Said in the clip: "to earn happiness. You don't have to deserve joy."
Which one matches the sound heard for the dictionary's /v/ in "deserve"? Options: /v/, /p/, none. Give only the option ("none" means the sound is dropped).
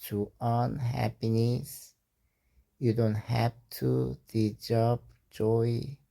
/p/